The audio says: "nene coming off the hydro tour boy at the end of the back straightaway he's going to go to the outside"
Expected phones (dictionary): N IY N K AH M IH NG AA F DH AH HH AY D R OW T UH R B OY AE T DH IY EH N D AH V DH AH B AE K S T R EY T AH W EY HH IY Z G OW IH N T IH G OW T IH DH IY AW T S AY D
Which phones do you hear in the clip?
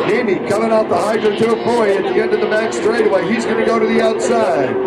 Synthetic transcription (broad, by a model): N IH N K AH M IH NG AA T DH AH HH AY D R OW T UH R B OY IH T DH IY EH N D AH V DH AH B AE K S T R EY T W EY HH IY Z G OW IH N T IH G OW T IH DH IY AW T S AY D